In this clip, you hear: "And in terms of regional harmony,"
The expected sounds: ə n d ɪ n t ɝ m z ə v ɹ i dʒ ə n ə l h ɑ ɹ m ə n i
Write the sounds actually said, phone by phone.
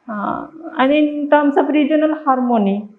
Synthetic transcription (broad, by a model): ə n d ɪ t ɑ m s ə p ɹ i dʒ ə n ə l h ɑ ɹ m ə n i